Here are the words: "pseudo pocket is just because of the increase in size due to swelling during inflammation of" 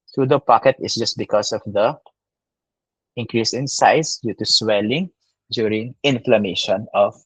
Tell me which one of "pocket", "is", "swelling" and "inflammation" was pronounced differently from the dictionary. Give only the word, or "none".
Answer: is